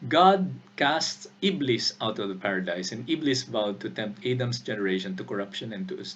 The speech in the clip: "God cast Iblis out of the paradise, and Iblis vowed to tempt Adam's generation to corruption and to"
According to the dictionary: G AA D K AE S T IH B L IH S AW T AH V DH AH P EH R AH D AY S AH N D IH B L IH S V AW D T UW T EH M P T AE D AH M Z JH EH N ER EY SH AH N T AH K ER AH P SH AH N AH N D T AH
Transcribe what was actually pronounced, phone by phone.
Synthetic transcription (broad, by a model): G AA D K AE S T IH B L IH S AW T AH V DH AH P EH R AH D AY S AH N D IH B L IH S V AW D T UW T EH M P T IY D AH M S JH EH N ER EY SH AH N T AH K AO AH P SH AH N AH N T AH